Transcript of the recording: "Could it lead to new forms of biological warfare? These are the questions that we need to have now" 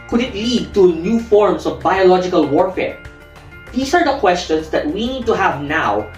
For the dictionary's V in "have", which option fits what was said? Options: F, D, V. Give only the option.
V